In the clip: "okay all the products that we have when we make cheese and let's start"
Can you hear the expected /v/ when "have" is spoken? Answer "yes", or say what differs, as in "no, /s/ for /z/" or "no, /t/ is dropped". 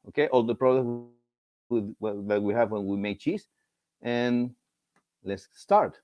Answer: yes